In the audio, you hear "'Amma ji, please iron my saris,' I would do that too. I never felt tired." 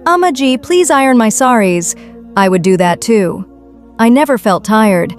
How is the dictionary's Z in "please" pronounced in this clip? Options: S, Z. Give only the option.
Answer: Z